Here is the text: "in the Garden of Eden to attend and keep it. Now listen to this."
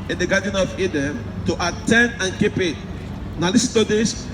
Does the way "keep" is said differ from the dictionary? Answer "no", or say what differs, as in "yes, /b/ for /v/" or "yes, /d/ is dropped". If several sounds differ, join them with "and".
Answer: no